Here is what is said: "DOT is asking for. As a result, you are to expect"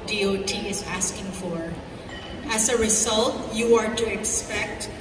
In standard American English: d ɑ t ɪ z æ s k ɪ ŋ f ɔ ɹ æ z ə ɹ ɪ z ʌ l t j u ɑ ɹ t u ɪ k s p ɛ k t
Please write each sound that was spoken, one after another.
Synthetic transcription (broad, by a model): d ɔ t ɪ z æ s k ɪ ŋ f ɔ ɹ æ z ə ɹ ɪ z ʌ l t j u ɑ ɹ t u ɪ k s p ɛ k t